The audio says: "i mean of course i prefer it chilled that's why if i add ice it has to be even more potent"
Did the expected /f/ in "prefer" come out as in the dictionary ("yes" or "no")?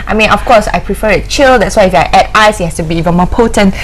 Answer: yes